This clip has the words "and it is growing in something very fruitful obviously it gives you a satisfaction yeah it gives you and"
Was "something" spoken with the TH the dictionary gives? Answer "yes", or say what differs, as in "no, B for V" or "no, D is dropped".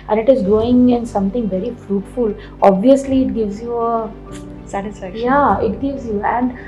no, T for TH